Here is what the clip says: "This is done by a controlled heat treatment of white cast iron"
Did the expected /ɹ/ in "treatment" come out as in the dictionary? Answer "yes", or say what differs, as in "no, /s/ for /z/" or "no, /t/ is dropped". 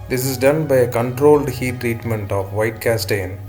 yes